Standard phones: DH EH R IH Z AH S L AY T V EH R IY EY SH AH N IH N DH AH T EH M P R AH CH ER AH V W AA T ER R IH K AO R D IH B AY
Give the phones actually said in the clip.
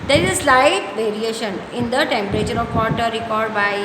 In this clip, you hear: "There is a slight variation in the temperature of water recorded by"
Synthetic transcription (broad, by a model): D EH R IH Z AH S L AY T V EH R IY EY SH AH N IH N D AH T EH M P R AH CH ER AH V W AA T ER R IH K AO R D B AY